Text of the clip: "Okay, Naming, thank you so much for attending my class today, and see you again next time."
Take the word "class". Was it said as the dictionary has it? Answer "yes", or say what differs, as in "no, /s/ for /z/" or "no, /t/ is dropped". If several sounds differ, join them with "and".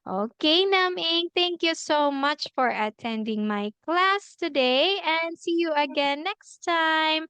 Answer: yes